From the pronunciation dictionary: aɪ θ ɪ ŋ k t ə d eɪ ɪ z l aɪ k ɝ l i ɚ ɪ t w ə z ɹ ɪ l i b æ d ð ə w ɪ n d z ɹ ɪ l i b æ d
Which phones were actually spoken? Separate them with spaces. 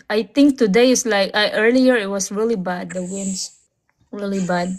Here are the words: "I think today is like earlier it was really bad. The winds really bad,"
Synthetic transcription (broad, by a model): aɪ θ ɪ ŋ k t ə d eɪ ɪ s l aɪ k ɝ l i ɚ ɪ t w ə s ɹ ɪ l i b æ d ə w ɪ n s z ɹ ɪ l i b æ d